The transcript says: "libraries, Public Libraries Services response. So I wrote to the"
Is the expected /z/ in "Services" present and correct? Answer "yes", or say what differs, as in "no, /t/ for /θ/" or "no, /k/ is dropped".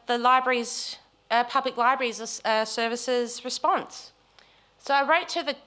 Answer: yes